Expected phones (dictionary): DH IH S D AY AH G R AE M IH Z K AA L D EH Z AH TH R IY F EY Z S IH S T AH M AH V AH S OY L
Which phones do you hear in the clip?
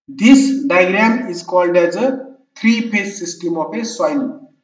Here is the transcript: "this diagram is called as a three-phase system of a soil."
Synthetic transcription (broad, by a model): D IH S D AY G R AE M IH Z K AA L D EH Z AH T R IY P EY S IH S T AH M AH P AH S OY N